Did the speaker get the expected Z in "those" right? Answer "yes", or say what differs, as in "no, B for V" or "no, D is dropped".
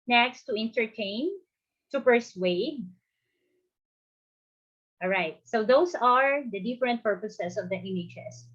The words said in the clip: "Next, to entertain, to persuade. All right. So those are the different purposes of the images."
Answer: no, S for Z